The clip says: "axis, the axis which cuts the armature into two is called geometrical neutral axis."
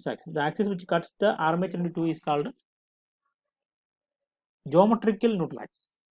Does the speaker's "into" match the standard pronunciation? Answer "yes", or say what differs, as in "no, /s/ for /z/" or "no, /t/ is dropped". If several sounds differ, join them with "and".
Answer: yes